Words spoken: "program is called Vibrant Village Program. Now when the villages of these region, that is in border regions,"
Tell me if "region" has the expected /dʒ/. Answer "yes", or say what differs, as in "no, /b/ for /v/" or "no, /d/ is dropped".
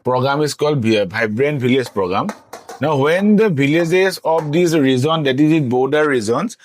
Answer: no, /z/ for /dʒ/